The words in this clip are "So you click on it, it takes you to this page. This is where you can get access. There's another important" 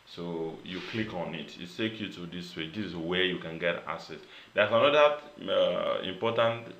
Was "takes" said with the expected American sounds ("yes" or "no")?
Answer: no